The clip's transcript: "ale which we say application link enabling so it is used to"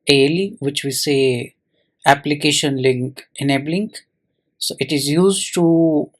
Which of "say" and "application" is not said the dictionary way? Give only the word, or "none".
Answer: none